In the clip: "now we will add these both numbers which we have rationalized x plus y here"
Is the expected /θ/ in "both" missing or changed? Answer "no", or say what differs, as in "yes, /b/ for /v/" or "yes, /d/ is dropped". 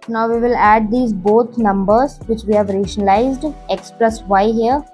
yes, /t/ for /θ/